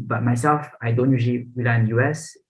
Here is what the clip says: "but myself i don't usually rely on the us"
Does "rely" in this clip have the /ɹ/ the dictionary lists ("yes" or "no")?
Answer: no